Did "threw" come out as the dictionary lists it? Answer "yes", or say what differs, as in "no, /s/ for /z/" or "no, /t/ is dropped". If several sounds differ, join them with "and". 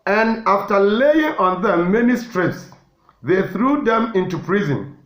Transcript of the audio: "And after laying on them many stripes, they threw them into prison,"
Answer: yes